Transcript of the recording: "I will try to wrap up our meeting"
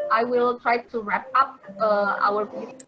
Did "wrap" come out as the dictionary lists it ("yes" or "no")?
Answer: yes